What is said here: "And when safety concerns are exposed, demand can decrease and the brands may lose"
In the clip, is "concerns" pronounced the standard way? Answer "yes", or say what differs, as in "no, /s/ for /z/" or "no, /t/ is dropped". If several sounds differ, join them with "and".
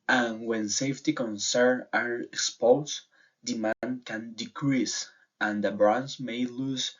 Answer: no, /z/ is dropped